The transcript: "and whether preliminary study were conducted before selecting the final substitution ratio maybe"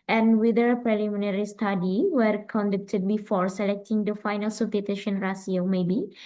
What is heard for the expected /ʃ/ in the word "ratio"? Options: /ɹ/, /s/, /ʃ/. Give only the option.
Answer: /s/